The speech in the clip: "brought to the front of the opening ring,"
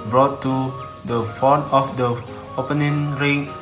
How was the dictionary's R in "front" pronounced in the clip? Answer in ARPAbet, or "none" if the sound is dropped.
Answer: none